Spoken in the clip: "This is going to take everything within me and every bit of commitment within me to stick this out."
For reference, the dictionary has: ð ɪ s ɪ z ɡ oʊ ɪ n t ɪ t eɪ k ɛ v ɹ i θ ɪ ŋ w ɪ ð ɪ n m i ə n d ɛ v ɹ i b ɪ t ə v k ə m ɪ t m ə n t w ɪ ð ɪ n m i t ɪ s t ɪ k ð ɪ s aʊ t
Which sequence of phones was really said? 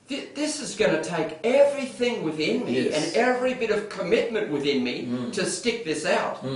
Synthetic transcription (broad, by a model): ð ɪ s ɪ z ɡ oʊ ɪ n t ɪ t eɪ k ɛ v ɹ i θ ɪ ŋ w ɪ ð ɪ n m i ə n ɛ v ɹ i b ɪ t ə v k ə m ɪ t m ə n t w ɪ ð ɪ n m i t ɪ s t ɪ k ð ɪ s aʊ t